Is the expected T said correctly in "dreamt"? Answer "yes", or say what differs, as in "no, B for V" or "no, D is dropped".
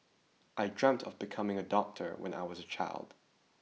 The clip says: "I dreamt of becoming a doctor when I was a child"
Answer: yes